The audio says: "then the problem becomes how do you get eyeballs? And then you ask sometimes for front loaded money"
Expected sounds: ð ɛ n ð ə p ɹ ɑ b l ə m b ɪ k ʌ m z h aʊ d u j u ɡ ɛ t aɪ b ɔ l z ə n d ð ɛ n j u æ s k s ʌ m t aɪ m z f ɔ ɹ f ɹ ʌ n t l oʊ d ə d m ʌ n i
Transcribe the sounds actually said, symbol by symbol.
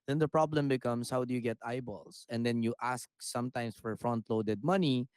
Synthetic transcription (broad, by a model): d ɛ n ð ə p ɹ ɑ b l ə m b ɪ k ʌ m s h aʊ d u j u ɡ ɛ t aɪ b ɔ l s ə n d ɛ n j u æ s k s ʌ m t aɪ m s f ɔ ɹ f ɹ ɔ n t l oʊ d ə d m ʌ n i